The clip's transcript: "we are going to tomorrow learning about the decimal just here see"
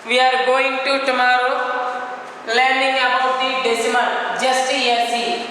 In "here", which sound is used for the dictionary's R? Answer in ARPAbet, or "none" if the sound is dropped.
L